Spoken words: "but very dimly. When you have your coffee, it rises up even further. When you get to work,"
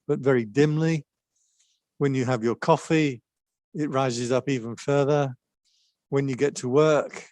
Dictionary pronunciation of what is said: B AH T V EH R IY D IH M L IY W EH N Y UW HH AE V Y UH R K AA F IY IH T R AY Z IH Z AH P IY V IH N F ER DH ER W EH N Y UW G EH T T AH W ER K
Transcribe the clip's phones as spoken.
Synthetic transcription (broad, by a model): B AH T V EH R IY D IH M L IY W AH N Y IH V Y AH R K AA F IY IH T R AY Z IH Z AH P IY V IH N F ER DH ER W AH N Y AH G EH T T AH W ER K